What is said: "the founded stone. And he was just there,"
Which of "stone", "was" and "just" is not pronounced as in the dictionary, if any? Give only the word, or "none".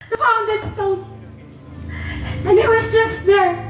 stone